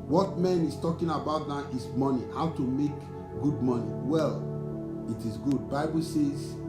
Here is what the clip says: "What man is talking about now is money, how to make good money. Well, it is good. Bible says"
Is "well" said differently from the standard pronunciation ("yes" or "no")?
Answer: no